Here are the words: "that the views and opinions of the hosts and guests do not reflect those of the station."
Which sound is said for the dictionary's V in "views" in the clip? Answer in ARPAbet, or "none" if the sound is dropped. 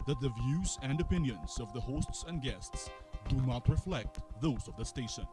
V